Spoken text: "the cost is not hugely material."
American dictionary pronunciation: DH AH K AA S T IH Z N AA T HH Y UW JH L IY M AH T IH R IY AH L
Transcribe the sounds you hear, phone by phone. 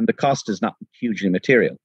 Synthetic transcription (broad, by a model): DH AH K AA S T IH Z N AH T HH Y UW JH L IY M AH T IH R IY L